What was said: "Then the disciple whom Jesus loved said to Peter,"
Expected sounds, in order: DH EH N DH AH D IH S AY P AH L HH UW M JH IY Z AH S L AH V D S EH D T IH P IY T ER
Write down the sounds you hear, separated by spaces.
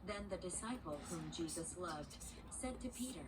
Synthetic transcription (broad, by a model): DH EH N DH AH D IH S AY P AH L HH UW M JH IY Z AH S L AH V D S EH D T IH P IY T ER